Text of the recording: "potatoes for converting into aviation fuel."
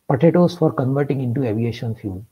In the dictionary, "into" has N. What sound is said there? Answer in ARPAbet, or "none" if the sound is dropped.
N